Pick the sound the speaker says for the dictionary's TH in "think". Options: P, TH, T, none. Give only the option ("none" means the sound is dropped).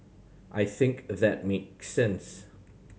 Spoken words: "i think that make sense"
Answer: TH